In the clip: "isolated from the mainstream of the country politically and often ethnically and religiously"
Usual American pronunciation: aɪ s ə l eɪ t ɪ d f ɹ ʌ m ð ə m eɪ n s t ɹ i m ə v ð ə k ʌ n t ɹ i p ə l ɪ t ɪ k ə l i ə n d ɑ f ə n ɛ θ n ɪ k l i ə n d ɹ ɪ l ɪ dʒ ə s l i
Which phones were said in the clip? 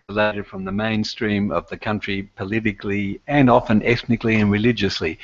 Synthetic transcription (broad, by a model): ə l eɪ t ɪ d f ɹ ʌ m ð ə m eɪ n s t ɹ i m ə v ð ə k ʌ n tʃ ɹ i p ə l ɪ t ɪ k l i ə n ɑ f ə n ɛ θ n ɪ k l i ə n ɹ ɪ l ɪ dʒ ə s l i